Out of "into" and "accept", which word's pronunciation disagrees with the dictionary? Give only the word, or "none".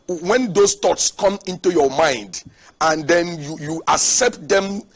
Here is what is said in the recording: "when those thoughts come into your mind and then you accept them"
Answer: none